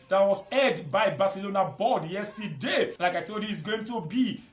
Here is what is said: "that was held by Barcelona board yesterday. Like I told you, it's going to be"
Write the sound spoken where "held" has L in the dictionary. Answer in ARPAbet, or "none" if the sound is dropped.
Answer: none